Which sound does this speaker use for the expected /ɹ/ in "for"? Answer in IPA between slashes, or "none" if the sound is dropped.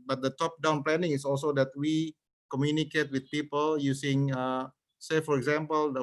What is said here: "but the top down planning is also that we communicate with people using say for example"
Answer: /ɹ/